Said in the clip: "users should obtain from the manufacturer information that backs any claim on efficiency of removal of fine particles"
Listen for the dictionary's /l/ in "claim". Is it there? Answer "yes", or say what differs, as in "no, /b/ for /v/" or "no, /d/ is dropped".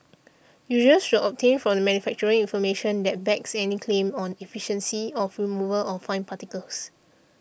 yes